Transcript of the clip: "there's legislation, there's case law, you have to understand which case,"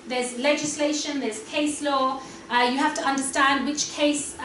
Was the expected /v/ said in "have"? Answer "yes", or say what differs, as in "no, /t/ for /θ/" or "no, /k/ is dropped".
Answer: no, /f/ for /v/